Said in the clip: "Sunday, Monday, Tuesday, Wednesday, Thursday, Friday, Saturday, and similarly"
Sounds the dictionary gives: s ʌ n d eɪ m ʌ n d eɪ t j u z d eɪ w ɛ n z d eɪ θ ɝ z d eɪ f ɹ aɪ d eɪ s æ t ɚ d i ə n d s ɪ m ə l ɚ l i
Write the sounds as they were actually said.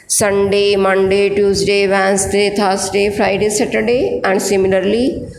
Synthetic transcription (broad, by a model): s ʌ n d eɪ m ʌ n d eɪ t j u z d eɪ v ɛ n s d eɪ t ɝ s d eɪ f ɹ aɪ d eɪ s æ t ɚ d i ə n d s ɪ m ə l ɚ l i